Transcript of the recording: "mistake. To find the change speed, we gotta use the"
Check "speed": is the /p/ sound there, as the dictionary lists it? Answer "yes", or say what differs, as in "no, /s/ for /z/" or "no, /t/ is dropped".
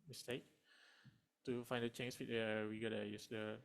no, /f/ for /p/